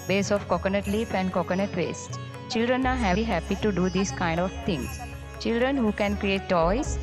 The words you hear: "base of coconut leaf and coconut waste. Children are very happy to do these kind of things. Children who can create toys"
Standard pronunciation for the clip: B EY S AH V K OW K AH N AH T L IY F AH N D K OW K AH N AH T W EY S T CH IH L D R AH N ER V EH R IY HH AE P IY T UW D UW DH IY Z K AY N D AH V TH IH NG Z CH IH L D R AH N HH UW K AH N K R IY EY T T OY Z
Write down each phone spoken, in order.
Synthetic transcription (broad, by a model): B EY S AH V K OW K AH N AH T L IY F AH N D K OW K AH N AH T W EY S T CH IH L D R AH N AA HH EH IY HH AE P IY T UW D UW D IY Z K AY N D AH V T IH NG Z CH IH L D R AH N HH UW K AH N K R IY EY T T OY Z